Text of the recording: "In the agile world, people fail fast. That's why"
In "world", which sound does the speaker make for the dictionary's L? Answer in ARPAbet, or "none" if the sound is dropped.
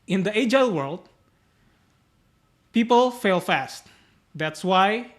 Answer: L